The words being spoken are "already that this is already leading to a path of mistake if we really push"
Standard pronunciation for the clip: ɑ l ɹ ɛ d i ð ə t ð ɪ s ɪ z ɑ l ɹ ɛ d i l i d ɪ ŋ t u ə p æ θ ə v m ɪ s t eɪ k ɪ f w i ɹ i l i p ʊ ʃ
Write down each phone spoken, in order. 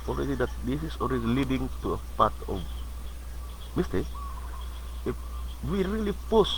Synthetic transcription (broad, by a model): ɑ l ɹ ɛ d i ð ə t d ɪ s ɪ s ɑ l ɹ ɛ d i l i d ɪ ŋ t u ə p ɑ t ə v m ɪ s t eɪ ɪ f w i ɹ i l i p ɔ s